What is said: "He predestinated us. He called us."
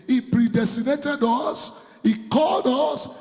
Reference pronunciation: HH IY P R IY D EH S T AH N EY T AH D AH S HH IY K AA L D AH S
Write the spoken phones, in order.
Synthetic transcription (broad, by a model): HH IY P R IY D EH S T AH N EY T AH D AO S HH IY K AA L D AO S